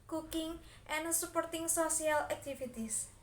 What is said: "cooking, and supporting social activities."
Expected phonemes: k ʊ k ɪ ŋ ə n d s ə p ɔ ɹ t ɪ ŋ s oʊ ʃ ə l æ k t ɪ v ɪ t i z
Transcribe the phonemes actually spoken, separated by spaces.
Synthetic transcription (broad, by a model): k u k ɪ ŋ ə n s ə p ɔ ɹ t ɪ ŋ s oʊ s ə l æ k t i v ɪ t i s